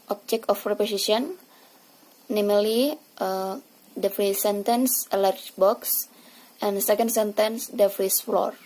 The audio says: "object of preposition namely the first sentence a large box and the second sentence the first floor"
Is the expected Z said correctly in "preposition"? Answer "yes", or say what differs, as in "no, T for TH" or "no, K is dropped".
no, S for Z